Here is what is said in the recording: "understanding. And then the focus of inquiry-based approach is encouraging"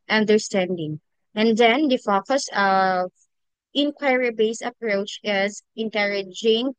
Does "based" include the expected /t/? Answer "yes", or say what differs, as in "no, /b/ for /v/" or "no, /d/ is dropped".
no, /t/ is dropped